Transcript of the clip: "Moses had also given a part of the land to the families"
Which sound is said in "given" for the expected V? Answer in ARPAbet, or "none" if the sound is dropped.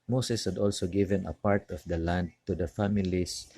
V